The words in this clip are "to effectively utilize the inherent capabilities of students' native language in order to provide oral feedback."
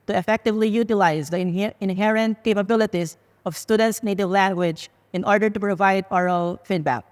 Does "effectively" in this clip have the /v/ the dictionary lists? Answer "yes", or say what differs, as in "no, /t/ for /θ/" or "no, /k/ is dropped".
yes